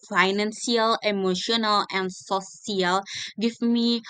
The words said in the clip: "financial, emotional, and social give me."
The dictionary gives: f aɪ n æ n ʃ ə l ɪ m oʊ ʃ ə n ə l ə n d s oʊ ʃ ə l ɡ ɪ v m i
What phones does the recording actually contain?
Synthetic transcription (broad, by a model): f aɪ n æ n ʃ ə l ɪ m oʊ ʃ ə n ə l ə n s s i ə l ɡ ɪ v m i